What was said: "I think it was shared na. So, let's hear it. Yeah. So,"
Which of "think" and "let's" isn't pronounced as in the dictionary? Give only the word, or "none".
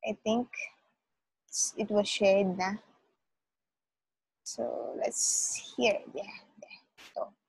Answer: think